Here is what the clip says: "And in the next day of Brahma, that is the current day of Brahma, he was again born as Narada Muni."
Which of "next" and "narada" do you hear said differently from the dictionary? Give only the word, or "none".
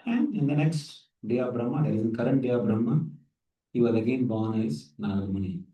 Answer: narada